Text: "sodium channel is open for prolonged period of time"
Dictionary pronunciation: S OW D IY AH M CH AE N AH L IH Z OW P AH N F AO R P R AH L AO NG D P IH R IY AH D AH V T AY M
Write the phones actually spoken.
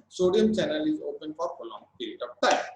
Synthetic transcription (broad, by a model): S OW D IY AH M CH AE N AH L IH Z OW P AH N F AO R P AH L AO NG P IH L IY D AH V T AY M